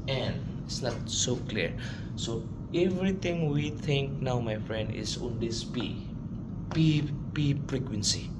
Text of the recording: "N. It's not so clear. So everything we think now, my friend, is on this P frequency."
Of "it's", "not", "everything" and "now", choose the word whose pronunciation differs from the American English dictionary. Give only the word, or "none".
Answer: everything